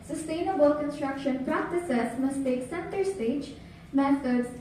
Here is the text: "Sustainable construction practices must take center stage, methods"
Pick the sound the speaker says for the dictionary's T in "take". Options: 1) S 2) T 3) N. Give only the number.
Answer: 2